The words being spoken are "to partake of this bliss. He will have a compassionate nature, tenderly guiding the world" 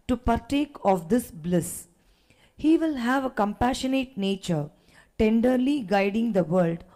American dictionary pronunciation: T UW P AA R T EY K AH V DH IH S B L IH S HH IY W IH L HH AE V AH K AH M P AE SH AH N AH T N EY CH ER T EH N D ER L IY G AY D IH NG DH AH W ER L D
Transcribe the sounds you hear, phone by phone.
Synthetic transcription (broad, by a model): T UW P AA R T EY K AH V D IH S B L IH S HH IY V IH L HH AE V AH K AH M P AE SH AH N AH T N EY CH ER T EH N D ER L IY G AY D IH NG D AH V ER L D